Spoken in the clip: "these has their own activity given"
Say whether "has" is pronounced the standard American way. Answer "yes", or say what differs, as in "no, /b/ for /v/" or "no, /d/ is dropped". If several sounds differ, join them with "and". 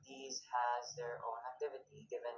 yes